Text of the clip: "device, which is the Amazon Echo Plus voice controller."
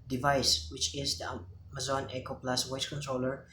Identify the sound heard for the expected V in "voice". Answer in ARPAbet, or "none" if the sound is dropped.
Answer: W